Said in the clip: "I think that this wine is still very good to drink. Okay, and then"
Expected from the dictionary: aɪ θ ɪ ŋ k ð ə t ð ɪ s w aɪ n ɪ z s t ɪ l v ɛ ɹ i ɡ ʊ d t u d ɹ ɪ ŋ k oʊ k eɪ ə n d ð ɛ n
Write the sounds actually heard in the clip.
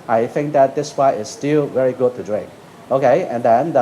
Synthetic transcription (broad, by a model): aɪ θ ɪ ŋ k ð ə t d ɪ s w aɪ ɪ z s t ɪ l v ɛ ɹ i ɡ ʊ d t u d ɹ ɪ ŋ k oʊ k eɪ ə n d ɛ n